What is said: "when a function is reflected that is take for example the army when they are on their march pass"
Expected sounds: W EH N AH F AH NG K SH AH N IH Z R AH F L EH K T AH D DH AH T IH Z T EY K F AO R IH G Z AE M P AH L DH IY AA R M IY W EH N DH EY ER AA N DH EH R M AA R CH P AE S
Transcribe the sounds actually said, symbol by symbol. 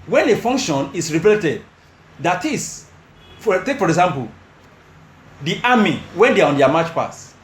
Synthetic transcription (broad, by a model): W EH N AH F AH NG K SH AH N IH S R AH P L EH T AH D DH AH T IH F T EY K F AO R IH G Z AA M P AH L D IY AA M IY W EH N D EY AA AA N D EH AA M AA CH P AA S